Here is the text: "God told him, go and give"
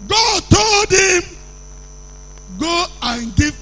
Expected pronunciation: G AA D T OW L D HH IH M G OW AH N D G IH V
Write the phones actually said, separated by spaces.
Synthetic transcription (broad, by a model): G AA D T OW L D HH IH M G OW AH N G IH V